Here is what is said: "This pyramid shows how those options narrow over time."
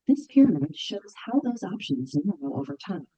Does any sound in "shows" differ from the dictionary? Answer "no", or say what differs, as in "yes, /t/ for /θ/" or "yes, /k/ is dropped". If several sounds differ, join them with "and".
no